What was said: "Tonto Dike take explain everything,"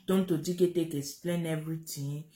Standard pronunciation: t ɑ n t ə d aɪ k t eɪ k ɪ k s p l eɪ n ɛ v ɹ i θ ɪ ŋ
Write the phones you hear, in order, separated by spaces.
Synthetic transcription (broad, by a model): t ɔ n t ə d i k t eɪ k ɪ s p l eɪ n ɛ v ɹ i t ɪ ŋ